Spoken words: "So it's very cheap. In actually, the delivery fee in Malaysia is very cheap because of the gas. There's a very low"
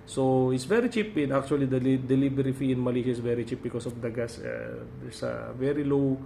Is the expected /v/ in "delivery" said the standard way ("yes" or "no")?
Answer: no